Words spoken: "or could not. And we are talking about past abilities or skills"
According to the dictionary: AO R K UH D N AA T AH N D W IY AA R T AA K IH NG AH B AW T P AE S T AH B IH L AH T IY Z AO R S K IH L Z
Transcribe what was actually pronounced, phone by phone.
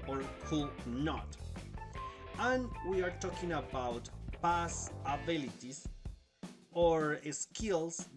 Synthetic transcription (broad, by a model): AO R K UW N AA T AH N W IY AA R T AA K IH NG AH B AW T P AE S AH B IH L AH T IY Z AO R S K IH L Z